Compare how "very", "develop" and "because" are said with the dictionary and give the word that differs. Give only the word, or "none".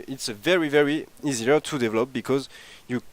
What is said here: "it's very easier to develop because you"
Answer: none